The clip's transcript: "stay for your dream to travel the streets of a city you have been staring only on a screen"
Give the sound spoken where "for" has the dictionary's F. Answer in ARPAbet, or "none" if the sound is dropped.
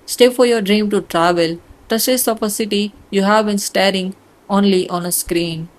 F